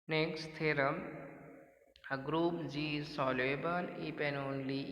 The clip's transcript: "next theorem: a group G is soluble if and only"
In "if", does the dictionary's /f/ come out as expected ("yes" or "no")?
no